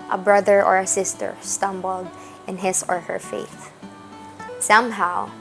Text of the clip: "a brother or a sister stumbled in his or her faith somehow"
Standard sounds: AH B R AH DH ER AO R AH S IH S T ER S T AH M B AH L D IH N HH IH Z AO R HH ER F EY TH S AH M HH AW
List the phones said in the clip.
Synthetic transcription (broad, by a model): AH B R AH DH ER AO R AH S IH S T ER S T AH M B AH L D IH N HH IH S AO R HH ER F EY TH S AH M HH AW